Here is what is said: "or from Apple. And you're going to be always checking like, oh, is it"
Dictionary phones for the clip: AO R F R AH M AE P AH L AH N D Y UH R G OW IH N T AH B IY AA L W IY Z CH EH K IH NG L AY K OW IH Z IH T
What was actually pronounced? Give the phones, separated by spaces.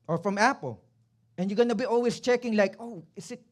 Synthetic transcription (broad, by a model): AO R F R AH M AE P AH L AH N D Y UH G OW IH N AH B IY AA L W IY S CH EH K IH NG L AY K OW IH S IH T